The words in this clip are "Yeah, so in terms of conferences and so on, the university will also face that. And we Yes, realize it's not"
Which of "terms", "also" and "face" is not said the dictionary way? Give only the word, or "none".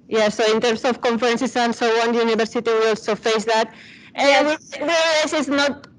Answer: terms